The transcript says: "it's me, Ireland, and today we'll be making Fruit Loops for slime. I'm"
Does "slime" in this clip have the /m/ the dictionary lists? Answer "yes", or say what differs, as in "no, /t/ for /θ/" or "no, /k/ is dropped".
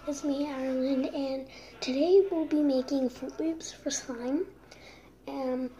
no, /m/ is dropped